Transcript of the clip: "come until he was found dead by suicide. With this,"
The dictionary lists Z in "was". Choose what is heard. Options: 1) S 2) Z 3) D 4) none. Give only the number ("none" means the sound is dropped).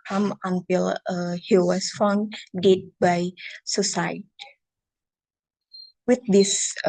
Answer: 1